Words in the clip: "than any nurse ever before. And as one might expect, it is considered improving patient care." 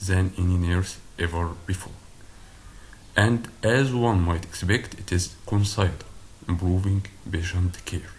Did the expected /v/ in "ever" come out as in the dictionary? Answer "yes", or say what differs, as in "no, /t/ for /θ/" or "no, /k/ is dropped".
yes